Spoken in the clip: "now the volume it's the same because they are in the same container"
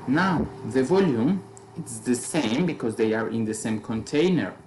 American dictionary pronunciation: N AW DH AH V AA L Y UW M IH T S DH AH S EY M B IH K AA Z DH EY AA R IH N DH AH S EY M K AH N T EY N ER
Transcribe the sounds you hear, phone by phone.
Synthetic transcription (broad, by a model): N AW DH AH V AA L Y UW M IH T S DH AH S EY M B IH K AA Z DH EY AA R IH N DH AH S EY M K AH N T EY N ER